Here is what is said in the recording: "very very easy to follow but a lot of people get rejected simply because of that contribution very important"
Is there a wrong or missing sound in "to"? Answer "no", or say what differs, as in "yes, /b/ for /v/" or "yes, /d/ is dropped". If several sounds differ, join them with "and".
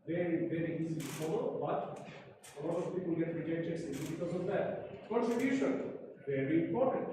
yes, /s/ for /t/